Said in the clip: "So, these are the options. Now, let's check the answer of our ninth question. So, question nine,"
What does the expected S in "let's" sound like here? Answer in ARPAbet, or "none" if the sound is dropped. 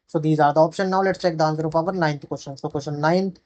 S